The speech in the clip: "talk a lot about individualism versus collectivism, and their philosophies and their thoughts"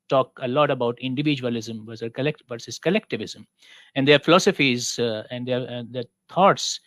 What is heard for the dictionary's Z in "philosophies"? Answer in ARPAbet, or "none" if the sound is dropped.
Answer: Z